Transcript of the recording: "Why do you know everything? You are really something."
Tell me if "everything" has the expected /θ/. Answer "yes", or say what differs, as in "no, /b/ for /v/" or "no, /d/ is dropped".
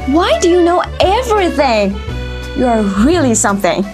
yes